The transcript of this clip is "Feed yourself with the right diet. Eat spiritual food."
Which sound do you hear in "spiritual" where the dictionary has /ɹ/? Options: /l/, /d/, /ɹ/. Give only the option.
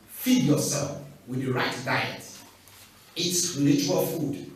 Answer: /l/